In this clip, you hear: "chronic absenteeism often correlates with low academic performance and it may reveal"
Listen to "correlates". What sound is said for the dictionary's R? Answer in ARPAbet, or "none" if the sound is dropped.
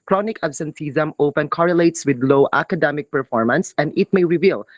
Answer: R